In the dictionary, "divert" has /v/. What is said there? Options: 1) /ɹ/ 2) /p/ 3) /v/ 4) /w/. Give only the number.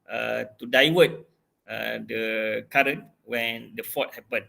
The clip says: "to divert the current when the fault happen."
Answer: 4